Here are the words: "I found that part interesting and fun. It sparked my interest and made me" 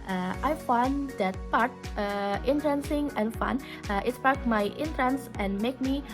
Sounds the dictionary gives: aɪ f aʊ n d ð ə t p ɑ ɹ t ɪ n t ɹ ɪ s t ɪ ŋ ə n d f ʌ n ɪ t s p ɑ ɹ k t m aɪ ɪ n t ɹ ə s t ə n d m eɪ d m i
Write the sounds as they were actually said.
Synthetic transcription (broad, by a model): aɪ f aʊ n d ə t p ɑ ɹ t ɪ n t ɹ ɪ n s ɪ ŋ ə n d f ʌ n ɪ t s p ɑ ɹ t m aɪ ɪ n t ɹ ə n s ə n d m eɪ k m i